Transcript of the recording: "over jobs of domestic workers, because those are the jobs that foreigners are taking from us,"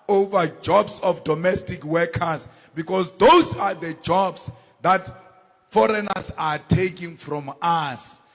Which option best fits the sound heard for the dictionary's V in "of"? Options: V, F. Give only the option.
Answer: F